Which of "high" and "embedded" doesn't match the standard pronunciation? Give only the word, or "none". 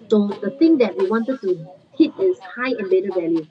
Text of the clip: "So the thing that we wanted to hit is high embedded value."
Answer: embedded